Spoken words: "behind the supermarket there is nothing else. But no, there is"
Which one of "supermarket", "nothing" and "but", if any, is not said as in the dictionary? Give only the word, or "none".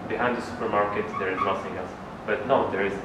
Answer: nothing